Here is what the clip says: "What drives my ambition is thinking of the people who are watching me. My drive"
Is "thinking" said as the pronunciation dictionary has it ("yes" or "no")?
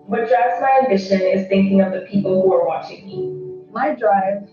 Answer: yes